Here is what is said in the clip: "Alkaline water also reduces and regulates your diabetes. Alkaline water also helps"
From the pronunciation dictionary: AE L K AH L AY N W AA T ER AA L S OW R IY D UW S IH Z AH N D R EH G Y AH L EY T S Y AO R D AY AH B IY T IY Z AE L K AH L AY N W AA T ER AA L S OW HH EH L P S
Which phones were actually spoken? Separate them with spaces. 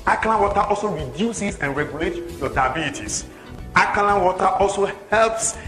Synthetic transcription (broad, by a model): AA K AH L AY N W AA T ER AA L S OW R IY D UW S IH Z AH N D R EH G Y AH L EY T Y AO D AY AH B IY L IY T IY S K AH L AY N W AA T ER AA L S OW HH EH L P S